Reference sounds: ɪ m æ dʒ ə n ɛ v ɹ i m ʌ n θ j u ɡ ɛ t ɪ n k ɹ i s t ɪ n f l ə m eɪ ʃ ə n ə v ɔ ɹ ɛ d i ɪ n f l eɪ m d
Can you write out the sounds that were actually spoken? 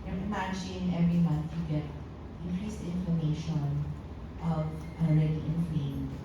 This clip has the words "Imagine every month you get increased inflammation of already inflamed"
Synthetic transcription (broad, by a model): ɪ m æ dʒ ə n ɛ v ɹ i m ʌ n θ j u ɡ ɛ t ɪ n k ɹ i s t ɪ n f ə m eɪ ʃ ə n ə v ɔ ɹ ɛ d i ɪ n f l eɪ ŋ